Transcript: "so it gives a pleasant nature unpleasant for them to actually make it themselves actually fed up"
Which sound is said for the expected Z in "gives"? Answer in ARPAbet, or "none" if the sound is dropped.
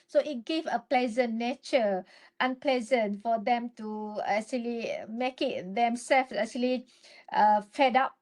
none